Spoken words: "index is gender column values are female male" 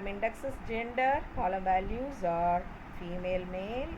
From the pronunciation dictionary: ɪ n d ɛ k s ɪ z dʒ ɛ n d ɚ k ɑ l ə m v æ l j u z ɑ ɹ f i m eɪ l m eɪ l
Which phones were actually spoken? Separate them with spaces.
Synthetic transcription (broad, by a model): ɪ n d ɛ k s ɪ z dʒ ɛ n d ɚ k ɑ l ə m v æ l j u z ɑ ɹ f i m eɪ l m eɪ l